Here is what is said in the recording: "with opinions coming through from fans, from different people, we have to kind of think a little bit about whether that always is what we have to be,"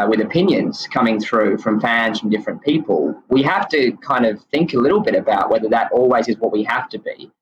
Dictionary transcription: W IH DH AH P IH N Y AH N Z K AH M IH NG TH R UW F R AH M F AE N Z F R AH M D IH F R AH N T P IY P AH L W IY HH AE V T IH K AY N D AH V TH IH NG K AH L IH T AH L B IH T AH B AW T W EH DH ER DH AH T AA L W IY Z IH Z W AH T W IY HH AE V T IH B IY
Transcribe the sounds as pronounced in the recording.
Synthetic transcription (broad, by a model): W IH DH AH P IH N Y AH N Z K AH M IH NG TH R UW F R AH M F AE N Z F R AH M D IH F R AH N P IY P AH L W IY HH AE F T IH K AY N D AH V TH IH NG K AH L IH T L B IH T AH B AW T W EH DH ER DH AH T AA L W IY Z IH Z W AH T W IY HH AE F T IH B IY